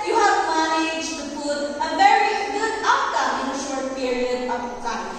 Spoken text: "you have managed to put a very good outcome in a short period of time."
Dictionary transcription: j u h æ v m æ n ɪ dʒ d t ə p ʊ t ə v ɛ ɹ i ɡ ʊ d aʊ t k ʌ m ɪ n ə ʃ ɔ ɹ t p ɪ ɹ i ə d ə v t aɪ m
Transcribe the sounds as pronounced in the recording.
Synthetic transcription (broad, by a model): j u h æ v m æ n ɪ dʒ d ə f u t ə v ɛ ɹ i ɡ ʊ d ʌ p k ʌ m ɪ n ə ʃ ɔ ɹ t p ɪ ɹ i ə d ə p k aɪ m